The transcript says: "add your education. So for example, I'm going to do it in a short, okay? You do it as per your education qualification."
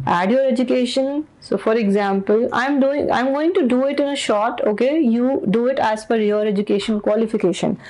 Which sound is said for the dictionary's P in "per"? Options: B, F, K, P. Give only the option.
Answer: F